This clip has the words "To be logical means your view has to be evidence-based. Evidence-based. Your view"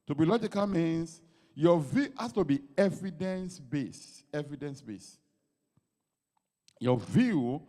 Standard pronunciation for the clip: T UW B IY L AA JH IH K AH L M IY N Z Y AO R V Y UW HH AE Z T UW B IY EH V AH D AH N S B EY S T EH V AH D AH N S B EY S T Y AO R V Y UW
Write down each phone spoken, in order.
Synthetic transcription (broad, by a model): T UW B IY L AA JH IH K AH L M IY N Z Y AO V Y UW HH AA S T UW B IY EH V AH D AH N S B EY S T EH V AH D AH N S B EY S Y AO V Y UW